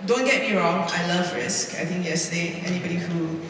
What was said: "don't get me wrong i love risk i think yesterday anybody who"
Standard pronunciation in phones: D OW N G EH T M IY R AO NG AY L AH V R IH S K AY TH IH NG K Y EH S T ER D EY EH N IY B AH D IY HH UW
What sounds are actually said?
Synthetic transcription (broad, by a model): D OW N G EH T M IY R AO NG AY L AH V R IH S K AY T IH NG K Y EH S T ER D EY EH N IY B AH D IY HH UW